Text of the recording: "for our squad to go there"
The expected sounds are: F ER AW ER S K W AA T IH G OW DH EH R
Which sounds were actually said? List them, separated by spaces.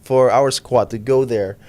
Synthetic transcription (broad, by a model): F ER AW ER S K W AA T IH G OW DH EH R